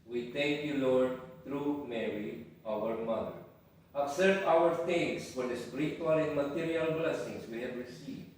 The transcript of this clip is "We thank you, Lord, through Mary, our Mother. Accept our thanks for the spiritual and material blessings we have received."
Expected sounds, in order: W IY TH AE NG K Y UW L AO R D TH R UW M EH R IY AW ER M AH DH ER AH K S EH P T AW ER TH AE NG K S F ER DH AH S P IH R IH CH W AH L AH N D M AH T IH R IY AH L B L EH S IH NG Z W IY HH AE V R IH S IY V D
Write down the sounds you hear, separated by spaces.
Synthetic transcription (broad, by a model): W IY T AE NG K Y UW L AO R D T R UW M EH R IY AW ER M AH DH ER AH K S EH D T AW ER T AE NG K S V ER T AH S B R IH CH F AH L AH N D M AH T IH R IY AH L B L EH S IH NG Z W IY HH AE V R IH S IY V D